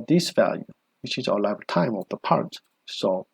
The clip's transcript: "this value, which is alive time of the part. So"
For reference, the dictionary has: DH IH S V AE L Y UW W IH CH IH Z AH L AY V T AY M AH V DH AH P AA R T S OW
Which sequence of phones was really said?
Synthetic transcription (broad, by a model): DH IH S V AE L Y UW W IH CH IH Z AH L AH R T AY M AH V DH AH P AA R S S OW